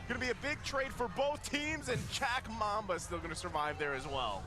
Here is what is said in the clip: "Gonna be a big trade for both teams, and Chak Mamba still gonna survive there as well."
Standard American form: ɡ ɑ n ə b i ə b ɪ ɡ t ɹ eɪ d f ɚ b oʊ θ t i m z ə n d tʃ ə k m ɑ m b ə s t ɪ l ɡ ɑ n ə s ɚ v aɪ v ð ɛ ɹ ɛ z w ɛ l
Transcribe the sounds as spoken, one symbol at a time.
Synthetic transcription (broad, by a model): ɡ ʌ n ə b i ə b ɪ ɡ t ɹ eɪ d f ɚ b oʊ θ t i m z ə n tʃ ə k m ɑ m b ə s t ɪ l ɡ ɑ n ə s ɚ v aɪ v ð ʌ ɹ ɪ z w ɛ l